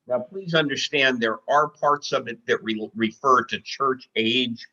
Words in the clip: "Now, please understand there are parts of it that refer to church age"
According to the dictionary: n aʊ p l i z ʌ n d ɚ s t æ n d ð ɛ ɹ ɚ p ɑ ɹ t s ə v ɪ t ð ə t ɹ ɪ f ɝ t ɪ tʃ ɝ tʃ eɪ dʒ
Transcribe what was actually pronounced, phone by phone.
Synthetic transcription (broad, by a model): n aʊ p l i z ʌ n d ɚ s t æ n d ð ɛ ɹ ɚ p ɑ ɹ t s ə v ɪ t ð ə t ɹ ɪ f ɝ t ɪ tʃ ɝ tʃ eɪ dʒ